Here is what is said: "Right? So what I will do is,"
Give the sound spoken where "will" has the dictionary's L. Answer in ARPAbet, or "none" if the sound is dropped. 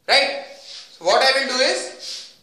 N